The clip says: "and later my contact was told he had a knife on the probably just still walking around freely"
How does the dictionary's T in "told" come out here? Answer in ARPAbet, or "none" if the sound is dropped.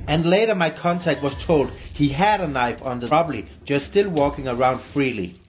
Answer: T